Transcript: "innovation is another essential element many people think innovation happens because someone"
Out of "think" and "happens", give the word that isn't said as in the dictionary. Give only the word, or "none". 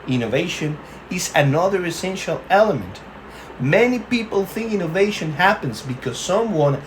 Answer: none